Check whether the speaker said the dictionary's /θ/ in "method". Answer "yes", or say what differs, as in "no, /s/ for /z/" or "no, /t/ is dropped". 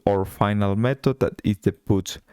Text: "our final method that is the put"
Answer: no, /t/ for /θ/